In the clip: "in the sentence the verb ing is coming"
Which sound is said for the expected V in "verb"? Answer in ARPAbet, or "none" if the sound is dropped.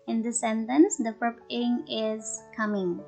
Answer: P